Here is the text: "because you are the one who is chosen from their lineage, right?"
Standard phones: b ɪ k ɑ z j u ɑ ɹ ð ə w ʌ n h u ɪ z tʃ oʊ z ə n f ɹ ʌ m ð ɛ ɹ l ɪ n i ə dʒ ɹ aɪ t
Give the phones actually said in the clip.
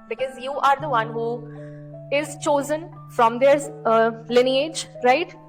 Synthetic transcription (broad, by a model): b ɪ k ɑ z j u ɑ ɹ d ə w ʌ n h u ɪ z tʃ oʊ z ə n f ɹ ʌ m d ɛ ɹ l ɪ n i ə dʒ ɹ aɪ t